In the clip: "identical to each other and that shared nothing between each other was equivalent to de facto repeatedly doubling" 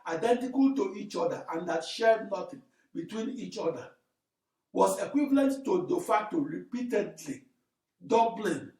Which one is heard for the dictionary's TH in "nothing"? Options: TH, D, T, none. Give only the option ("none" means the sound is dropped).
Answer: T